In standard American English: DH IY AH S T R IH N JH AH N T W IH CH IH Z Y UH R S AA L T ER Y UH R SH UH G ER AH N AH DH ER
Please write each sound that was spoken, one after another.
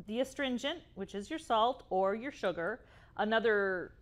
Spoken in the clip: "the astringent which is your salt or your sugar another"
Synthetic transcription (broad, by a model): DH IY AH S T R IH N JH AH N T W IH CH IH Z Y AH R S AA L T ER Y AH R SH UH G ER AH N AH DH ER